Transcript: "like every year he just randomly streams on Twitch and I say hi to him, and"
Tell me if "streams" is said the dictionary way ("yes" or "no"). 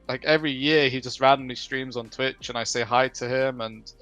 yes